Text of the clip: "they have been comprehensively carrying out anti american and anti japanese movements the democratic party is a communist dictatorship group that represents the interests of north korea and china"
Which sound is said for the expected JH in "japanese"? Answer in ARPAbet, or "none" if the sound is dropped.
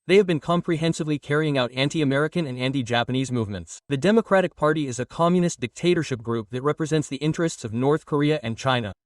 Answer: JH